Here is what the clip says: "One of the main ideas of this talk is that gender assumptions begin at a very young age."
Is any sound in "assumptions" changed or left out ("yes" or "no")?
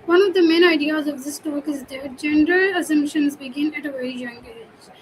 no